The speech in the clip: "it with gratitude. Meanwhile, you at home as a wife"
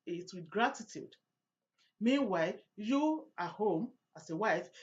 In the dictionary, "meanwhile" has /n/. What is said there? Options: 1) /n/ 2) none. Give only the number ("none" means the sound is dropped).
1